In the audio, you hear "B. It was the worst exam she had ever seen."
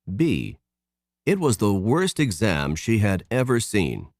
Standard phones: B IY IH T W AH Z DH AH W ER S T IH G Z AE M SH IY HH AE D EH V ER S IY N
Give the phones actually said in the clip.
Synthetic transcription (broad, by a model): B IY IH T W AH Z DH AH W ER S T IH G Z AE M SH IY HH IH D EH V ER S IY N